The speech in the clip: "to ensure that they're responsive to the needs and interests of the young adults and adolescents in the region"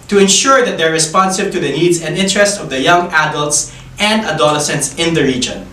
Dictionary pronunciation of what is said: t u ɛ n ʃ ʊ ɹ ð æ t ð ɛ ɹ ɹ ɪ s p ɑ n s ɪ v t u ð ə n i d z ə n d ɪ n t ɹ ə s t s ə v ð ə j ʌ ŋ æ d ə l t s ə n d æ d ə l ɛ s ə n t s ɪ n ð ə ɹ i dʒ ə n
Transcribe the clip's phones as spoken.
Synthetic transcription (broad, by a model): t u ɛ n ʃ ʊ ɹ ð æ t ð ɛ ɹ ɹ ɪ s p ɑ n s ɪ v t u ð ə n i d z ə n d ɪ n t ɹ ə s t ə v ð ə j ʌ ŋ æ d ə l t s ə n d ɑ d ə l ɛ s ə n t s ɪ n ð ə ɹ i dʒ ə n